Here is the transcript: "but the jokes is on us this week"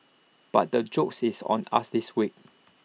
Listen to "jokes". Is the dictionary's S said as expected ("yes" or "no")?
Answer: yes